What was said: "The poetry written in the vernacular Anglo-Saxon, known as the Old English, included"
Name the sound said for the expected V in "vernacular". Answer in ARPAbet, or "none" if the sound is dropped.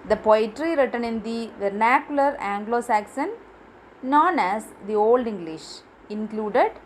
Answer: V